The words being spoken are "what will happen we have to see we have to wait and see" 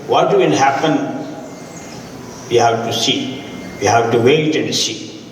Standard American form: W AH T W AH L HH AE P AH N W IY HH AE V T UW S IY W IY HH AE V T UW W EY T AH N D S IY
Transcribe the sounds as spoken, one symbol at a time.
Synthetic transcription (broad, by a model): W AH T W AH N HH AE P AH N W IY HH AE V T UW S IY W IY HH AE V T UW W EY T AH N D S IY